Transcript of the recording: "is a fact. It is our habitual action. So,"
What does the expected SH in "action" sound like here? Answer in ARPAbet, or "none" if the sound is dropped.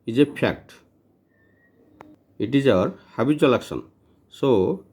S